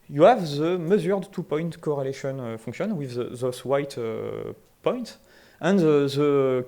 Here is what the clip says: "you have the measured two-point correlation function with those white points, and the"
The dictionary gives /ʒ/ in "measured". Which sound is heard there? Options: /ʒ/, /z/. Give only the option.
/z/